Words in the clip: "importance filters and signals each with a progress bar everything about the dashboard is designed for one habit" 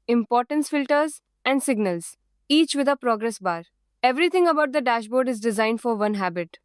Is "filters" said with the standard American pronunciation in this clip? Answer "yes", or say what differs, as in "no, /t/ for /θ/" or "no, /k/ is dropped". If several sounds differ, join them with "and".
yes